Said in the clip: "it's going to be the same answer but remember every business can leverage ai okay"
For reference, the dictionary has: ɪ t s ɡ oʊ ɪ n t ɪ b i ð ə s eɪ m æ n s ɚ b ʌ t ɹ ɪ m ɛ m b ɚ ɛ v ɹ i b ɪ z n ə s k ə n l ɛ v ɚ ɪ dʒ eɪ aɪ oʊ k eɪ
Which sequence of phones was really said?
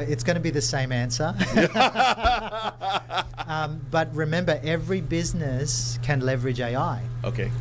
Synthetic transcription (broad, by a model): ɪ t s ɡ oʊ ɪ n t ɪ b i ð ə s eɪ m æ n s ɚ b ʌ t ɹ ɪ m ɛ m b ɚ ɛ v ɹ i b ɪ z n ə s k ə n l ɛ v ɚ ɪ dʒ eɪ aɪ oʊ k eɪ